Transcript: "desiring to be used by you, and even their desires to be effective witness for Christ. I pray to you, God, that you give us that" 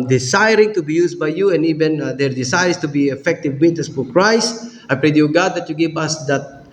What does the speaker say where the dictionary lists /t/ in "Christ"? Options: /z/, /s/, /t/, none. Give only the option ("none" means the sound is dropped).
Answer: none